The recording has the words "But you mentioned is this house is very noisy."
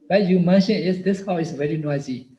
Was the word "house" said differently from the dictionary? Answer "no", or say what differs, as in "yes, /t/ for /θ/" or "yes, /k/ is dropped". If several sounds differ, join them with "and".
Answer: yes, /s/ is dropped